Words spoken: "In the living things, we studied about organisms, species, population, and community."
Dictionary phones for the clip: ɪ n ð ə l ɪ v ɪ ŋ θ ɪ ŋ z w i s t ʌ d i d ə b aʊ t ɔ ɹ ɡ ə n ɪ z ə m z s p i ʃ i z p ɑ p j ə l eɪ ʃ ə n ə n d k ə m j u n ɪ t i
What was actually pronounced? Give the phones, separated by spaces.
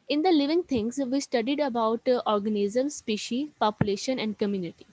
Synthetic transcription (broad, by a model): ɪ n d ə l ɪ v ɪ ŋ t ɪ ŋ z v i s t ʌ d i d ə b aʊ t ɔ ɹ ɡ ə n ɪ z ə m s p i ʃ i p ɑ p j ə l eɪ ʃ ə n ə n d k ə m j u n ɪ t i